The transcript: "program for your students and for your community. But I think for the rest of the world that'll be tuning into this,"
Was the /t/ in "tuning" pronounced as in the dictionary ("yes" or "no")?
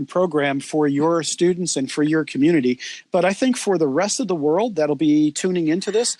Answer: yes